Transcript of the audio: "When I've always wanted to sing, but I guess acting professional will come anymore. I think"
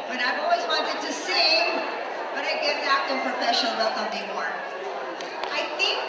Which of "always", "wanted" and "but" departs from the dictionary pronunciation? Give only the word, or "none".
none